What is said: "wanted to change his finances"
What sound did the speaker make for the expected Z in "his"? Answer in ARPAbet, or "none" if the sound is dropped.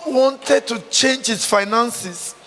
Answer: S